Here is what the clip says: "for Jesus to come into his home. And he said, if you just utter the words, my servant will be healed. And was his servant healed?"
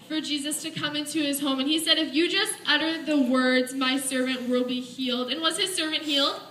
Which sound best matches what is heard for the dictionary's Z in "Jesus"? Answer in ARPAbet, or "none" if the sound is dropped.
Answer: Z